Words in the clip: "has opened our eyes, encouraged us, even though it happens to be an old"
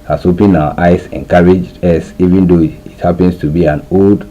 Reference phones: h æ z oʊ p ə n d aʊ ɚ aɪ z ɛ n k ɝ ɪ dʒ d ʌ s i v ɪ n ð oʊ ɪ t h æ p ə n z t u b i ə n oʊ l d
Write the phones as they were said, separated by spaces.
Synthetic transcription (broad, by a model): h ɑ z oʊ p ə n aʊ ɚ aɪ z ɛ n k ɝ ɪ dʒ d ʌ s i v ɪ n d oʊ ɪ t h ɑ p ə n s t u b i ə n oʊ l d